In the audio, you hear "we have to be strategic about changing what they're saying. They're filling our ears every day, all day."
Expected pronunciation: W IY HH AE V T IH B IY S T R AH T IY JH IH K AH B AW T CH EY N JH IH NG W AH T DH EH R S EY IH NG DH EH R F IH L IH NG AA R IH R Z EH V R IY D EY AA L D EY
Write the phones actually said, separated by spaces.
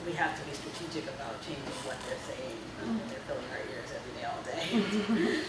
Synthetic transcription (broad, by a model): W IY HH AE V T IH B IY S T R AH T IY JH IH K AH B AW T CH EY N JH IH NG W AH T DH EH R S EY IH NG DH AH R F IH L IH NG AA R IH R Z EH V R IY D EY AA L D EY